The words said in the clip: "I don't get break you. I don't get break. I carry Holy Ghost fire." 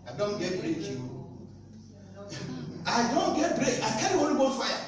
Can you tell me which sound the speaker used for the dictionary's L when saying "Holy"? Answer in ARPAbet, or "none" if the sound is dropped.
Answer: N